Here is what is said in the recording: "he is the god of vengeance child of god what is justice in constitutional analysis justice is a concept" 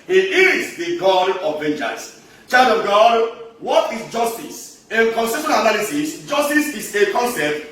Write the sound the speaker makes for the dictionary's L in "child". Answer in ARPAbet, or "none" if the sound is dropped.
none